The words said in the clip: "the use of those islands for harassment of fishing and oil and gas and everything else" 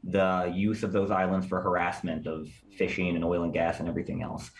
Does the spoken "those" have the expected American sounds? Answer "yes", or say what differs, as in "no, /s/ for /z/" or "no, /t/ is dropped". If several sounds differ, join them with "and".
yes